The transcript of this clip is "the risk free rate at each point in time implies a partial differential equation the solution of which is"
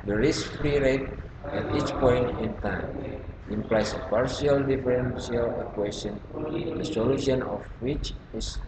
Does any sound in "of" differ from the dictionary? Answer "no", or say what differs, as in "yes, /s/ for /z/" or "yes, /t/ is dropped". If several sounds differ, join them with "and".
yes, /f/ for /v/